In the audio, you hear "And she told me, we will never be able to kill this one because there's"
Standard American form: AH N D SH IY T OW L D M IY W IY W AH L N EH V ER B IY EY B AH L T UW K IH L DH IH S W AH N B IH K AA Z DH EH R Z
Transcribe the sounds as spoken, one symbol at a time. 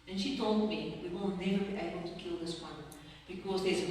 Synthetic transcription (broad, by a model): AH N SH IY T OW L D M IY W IY W AH L N EH V ER B IY EY B AH L T UW K IH L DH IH S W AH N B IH K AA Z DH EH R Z